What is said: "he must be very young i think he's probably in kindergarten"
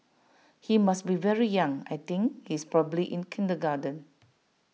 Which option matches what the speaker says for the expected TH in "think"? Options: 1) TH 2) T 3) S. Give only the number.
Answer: 2